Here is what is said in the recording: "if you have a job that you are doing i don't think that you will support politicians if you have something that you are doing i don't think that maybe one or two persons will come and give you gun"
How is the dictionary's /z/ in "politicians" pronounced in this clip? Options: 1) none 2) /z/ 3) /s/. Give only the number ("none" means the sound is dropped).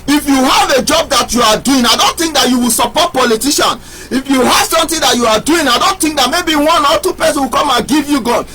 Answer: 1